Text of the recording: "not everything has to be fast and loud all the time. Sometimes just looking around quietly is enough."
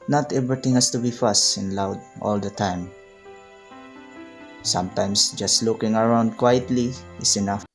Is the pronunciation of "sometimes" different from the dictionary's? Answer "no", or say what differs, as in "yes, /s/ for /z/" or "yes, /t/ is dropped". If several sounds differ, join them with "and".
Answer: yes, /s/ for /z/